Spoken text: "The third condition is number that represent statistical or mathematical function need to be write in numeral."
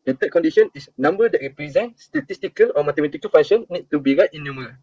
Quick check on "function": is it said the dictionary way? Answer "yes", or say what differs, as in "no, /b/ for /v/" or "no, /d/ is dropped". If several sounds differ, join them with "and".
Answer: no, /k/ is dropped